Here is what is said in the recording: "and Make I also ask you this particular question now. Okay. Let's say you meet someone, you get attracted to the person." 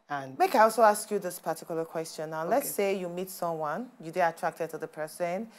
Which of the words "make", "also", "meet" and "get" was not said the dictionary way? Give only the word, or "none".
get